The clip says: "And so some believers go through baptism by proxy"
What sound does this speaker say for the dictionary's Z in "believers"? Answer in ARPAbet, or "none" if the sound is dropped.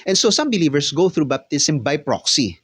S